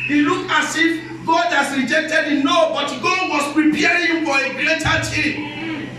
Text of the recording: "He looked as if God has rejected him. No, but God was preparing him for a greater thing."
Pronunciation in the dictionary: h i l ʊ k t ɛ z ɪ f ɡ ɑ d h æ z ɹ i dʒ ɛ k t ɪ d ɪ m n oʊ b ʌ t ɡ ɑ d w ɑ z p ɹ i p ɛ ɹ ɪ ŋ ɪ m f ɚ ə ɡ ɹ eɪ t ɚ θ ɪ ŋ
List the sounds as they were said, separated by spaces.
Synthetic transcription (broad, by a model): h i l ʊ k ɑ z ɪ f ɡ ɑ d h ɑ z ɹ i dʒ ɛ k t ɪ d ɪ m n oʊ b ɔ t ɡ ɑ d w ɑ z p ɹ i p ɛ ɹ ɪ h ɪ m f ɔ ə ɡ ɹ eɪ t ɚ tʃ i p